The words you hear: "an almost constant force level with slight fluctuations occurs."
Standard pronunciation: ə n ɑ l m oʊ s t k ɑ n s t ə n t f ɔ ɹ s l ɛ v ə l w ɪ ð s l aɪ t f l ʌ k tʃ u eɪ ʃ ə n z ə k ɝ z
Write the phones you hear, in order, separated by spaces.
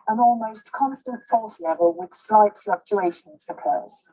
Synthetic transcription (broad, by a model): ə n ɑ l m oʊ s k ɑ n s t ə n t f ɔ l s l ɛ v ə l w ɪ ð s l aɪ t f l ʌ k tʃ u eɪ ʃ ə n z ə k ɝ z